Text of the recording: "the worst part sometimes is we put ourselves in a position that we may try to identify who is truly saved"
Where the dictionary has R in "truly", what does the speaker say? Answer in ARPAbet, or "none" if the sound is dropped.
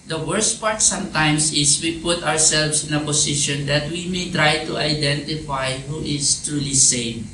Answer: R